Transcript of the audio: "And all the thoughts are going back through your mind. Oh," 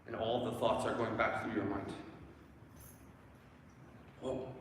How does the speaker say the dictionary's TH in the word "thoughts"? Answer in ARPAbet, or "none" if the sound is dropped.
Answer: TH